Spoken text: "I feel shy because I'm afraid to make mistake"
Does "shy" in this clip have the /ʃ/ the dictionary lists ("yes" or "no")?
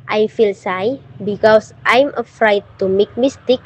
no